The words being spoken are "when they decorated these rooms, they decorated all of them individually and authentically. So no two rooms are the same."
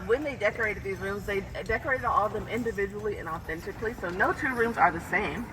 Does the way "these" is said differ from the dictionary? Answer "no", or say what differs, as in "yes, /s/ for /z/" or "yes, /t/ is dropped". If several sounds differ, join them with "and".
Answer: no